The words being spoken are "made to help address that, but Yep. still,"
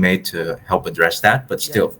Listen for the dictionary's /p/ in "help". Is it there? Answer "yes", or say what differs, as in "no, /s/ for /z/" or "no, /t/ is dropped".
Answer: yes